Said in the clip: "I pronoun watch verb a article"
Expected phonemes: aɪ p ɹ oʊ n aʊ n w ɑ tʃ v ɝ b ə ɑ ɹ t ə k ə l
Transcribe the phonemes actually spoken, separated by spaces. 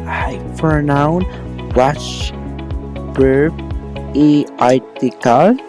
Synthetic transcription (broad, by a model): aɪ f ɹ n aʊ n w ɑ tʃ b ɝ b ə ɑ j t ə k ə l